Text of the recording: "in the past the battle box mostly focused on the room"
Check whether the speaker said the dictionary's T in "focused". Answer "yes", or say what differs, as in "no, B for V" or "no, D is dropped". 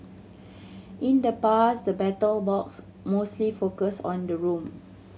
no, T is dropped